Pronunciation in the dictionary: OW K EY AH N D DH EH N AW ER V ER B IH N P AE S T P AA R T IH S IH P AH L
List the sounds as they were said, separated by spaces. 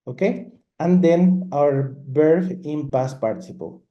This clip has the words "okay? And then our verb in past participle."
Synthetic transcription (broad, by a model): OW K EY AH N D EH N AW ER B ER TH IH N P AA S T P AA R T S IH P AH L